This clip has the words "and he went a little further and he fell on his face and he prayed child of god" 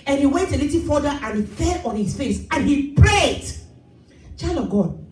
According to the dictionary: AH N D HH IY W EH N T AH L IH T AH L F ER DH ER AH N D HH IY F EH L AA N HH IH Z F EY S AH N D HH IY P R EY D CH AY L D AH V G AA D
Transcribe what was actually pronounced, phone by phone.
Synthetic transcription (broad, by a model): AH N HH IY W EH N T AH L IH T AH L F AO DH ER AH N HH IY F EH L AA N HH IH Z F EY S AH N HH IY P R EY D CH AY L AH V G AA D